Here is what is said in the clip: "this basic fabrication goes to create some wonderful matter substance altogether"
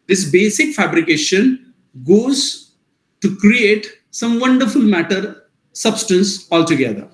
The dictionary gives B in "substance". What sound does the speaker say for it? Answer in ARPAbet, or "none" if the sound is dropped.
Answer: B